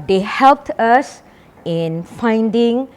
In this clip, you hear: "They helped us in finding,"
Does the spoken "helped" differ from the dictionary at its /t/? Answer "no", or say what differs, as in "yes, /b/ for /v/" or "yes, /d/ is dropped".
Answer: no